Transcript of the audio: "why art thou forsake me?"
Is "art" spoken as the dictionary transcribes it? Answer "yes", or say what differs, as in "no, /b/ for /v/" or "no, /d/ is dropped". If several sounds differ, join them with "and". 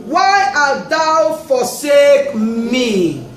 no, /l/ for /ɹ/